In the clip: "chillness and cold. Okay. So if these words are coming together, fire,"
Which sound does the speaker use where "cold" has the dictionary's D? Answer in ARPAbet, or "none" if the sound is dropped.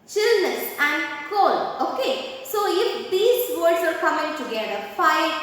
none